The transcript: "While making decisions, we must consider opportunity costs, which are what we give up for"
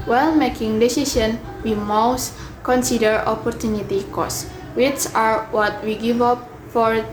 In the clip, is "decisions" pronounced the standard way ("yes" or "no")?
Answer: no